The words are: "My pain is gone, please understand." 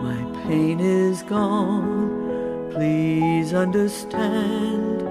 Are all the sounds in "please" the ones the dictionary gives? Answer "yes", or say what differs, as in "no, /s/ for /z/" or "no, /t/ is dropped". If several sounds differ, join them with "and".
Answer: yes